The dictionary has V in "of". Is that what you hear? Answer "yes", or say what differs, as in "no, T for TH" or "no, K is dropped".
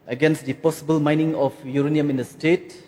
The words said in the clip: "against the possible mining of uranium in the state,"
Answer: no, P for V